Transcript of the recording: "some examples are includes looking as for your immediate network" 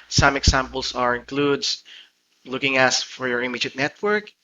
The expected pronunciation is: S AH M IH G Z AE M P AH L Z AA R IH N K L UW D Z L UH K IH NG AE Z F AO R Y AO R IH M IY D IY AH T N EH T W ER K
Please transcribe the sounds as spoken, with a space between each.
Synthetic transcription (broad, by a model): S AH M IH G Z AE M P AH L S AA R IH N K L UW D S L UH K IH NG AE S F AO R Y AO R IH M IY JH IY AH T N EH T W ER K